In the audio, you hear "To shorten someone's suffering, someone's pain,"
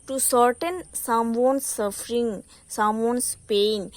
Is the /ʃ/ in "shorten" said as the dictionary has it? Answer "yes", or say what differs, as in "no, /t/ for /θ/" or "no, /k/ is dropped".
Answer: no, /s/ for /ʃ/